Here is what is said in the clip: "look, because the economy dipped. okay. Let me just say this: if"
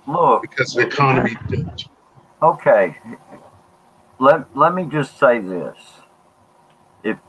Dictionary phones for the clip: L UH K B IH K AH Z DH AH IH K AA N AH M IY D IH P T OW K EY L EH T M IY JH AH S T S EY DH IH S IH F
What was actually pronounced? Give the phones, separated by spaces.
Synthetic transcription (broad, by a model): L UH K B IH K AH Z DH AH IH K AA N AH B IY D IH T OW K EY L EH T M IY JH AH S T S EY DH IH S IH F